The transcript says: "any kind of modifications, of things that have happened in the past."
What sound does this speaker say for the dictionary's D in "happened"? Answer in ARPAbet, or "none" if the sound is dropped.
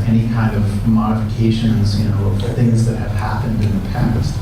D